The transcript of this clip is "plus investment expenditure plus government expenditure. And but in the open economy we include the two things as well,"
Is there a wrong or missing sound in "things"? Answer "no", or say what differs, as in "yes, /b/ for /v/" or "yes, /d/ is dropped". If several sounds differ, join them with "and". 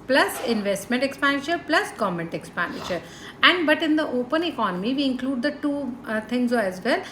yes, /t/ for /θ/